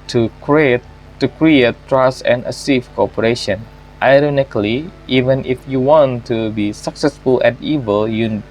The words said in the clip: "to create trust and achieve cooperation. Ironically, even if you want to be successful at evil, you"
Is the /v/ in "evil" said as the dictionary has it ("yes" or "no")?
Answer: yes